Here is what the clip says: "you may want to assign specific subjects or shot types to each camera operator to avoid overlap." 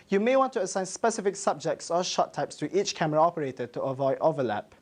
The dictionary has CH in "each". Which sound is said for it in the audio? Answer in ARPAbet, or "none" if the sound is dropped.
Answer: CH